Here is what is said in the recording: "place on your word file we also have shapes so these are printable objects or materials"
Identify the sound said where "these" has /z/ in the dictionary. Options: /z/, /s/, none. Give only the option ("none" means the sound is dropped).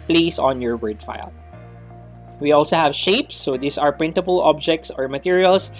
/s/